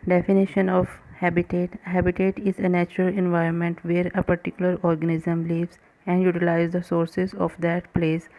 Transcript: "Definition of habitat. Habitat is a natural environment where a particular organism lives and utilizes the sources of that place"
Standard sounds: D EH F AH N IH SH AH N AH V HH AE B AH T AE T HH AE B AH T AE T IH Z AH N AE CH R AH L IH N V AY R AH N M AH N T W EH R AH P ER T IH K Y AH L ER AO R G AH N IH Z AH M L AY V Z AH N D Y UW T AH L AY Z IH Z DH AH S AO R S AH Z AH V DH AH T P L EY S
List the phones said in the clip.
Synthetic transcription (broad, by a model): D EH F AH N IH SH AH N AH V HH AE B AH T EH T HH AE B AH T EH T IH Z AH N AE CH R AH L IH N V AY R AH N M AH N T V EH R AH P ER T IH K Y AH L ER AO R G AH N IH Z AH M L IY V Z AH N D Y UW T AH L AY IH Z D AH S AO R S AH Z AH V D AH T P L EY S